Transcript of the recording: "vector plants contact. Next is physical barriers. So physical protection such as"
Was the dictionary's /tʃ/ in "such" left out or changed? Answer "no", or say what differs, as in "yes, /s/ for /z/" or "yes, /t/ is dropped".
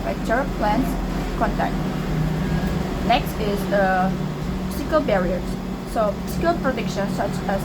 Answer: no